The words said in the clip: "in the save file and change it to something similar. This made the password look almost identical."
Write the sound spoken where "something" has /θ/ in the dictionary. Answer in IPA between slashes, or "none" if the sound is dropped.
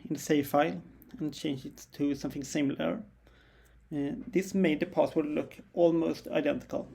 /θ/